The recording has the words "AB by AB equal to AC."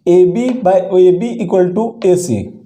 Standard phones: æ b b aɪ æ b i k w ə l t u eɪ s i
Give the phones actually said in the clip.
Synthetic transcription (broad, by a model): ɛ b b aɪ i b i k w ə l t u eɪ s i